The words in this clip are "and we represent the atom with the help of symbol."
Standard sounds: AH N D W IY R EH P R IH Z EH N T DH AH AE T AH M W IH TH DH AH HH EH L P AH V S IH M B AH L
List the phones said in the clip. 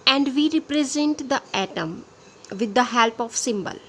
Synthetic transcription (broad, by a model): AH N D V IY R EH P R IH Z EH N T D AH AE T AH M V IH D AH HH EH L P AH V S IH M B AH L